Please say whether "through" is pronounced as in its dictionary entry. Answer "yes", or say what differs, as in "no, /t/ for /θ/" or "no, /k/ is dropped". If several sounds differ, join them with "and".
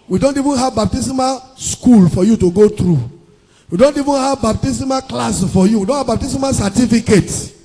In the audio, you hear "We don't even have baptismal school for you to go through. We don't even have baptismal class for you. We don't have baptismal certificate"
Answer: no, /t/ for /θ/